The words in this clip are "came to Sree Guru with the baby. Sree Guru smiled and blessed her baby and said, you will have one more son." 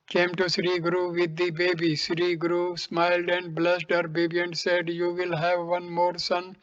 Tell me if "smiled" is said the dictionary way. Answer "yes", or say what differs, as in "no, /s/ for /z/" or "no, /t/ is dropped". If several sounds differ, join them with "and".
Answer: yes